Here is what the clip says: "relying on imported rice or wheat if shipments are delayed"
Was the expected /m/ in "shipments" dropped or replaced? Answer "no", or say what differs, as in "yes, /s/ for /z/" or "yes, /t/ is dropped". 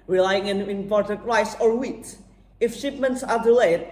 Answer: no